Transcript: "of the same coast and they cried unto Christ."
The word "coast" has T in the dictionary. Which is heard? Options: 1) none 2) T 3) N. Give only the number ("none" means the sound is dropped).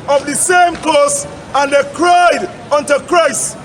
1